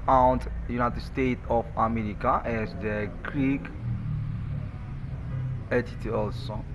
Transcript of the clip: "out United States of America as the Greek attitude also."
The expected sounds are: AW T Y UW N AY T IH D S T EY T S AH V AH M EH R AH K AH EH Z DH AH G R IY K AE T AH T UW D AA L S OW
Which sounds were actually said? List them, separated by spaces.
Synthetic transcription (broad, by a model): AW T Y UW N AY T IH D S T EY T AH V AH M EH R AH K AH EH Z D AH G R IY K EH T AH T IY AA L S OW